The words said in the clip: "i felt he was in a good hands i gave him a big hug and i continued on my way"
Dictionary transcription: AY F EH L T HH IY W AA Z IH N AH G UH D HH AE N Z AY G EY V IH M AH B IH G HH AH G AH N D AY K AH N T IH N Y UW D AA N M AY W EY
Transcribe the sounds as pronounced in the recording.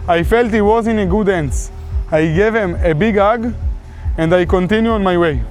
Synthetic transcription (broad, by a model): AY F EH L T HH IY W AA Z IH N AH G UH D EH N S AY G EY V IH M AH B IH G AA G AH N D AY K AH N T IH N Y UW AA N M AY W EY